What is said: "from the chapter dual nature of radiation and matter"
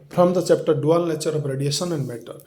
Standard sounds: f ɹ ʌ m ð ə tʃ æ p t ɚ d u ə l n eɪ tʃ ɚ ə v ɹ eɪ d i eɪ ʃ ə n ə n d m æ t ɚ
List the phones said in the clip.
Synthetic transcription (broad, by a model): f ɹ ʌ m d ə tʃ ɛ p t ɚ d u ə l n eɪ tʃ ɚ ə p ɹ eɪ d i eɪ s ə n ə n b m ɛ t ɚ